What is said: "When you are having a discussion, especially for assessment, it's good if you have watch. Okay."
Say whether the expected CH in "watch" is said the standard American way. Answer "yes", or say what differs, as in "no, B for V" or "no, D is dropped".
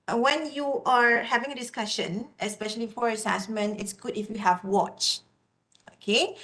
yes